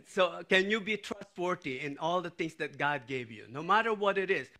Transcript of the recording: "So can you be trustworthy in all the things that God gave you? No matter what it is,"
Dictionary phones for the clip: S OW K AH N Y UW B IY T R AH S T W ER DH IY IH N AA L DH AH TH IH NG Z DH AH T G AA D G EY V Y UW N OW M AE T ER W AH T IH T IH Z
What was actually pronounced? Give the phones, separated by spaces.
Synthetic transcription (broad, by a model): S OW K AH N Y UW B IY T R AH S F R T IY IH N AA L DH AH T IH NG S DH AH T G AA D G EY V Y UW N OW M AE T ER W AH T IH T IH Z